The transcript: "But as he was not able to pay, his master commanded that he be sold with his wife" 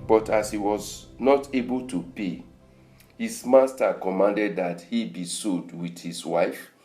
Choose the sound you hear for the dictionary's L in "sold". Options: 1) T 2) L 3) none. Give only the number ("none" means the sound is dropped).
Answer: 3